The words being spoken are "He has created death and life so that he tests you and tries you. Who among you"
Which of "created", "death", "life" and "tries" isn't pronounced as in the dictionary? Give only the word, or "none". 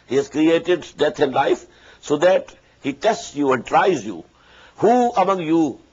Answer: death